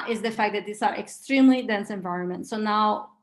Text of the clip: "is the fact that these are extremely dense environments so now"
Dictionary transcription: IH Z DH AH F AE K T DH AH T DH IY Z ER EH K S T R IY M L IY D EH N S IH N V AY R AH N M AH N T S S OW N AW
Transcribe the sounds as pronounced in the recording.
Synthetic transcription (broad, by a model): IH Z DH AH F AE K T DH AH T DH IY S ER EH K S T R IY M L IY D EH N S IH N V AY R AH N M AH N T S S OW N AW